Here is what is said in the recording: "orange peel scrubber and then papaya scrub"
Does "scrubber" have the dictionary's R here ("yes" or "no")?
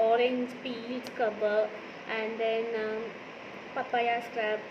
no